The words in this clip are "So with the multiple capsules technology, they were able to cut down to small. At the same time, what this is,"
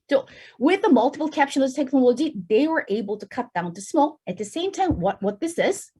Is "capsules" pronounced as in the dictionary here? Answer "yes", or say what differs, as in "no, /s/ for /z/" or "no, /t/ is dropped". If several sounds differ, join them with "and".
no, /ʃ/ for /s/